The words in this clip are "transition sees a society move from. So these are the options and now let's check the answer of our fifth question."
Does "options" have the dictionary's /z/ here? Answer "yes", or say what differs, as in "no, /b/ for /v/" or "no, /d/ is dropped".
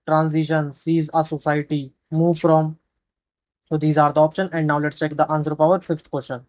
no, /z/ is dropped